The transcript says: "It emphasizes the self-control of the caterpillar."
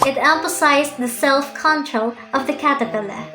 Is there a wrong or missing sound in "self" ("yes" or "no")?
no